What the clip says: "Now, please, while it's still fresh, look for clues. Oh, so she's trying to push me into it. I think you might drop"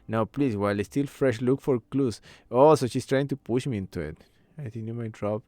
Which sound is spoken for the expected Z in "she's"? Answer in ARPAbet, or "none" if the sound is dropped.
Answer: S